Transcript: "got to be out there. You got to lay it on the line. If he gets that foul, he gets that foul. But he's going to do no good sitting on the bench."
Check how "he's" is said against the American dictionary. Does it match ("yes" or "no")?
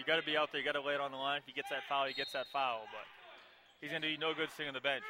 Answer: yes